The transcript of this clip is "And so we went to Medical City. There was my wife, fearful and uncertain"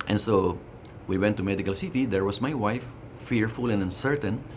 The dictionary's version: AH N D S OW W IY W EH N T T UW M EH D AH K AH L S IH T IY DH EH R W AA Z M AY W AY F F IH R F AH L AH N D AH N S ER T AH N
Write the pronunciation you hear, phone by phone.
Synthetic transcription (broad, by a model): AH N S OW W IY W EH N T T UW M EH D AH K AH L S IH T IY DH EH R W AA S M AY W AY F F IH R F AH L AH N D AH N S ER T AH N